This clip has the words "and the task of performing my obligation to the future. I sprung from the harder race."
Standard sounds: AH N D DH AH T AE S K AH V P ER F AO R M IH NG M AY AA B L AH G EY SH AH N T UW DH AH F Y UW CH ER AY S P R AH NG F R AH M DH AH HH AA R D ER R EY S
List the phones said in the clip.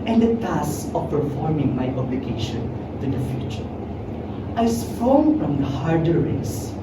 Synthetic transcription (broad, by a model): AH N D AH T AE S AH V P ER F AO R M IH NG M AY AA B L AH G EY SH AH N T UW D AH F Y UW CH ER AY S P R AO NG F R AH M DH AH HH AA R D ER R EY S